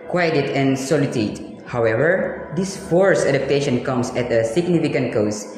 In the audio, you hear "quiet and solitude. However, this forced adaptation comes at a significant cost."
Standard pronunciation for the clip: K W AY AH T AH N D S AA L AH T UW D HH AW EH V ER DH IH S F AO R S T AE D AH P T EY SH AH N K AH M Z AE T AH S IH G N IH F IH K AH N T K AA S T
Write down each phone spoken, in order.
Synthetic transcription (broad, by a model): K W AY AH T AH N S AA L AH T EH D HH AW EH V ER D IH S F AO R S AE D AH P T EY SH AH N K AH M S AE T AH S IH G N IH F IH K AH N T K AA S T